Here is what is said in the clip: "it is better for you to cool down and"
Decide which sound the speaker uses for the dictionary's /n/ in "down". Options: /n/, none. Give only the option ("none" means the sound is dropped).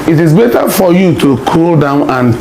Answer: /n/